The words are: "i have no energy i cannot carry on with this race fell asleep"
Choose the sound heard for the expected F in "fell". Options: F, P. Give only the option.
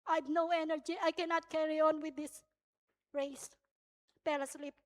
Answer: P